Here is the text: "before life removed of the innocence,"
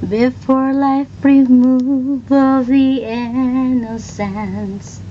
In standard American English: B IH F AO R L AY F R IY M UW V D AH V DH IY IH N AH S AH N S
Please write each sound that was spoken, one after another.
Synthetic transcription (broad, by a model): B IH F AO R L AY F R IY M UW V AH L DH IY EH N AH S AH N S